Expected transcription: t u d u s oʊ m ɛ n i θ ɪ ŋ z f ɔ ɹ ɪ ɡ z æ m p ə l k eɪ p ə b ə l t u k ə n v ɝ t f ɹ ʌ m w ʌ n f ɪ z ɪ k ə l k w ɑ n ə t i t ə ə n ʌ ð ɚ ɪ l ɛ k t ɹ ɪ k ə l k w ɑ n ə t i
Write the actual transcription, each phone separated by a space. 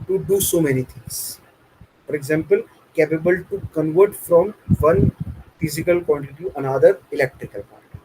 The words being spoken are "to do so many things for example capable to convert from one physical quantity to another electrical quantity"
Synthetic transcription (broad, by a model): t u d u s oʊ m ɛ n i t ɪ ŋ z f ɔ ɹ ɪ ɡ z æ m p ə l k eɪ p ə b ə l t u k ə n v ɝ t f ɹ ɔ m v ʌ n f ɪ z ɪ k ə l k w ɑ n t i t ə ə n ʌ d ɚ ɪ l ɛ k t ɹ ɪ k ə l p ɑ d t